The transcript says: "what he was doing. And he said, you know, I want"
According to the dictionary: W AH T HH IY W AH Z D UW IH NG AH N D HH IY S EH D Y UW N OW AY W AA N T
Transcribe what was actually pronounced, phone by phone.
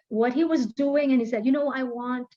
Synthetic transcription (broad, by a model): W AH T HH IY W AH Z D UW IH NG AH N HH IY S EH D Y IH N OW AY W AA N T